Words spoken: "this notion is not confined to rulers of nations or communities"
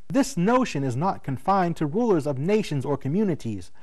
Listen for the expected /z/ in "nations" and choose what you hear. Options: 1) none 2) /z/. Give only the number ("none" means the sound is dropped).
2